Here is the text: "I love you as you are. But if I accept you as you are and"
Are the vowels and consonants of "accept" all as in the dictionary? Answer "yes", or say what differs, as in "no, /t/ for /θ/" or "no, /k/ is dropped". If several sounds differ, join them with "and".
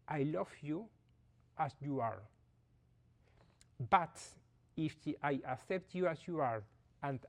yes